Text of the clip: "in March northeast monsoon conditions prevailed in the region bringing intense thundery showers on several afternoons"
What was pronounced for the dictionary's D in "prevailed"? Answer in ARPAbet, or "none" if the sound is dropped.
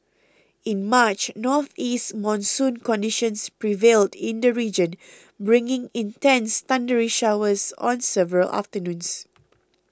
D